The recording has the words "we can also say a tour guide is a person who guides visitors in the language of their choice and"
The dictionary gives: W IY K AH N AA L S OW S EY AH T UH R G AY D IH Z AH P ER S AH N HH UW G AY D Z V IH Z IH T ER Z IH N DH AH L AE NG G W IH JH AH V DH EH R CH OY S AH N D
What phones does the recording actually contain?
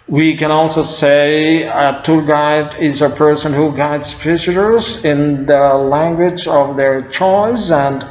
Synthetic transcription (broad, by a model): W IY K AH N AA L S OW S EY AH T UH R G AY D IH Z AH P ER S AH N HH UW G AY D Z F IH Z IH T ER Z IH N DH AH L AE NG G W IH JH AH V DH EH R CH OY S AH N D